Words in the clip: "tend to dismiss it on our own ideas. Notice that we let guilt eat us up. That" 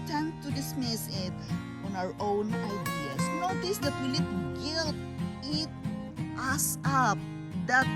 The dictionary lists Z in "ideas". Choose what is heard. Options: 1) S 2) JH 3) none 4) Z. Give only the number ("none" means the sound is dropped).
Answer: 1